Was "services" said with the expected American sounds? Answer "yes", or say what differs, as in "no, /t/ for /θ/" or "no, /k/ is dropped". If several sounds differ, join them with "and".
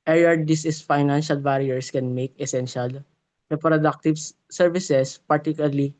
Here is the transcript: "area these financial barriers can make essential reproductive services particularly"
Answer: no, /s/ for /z/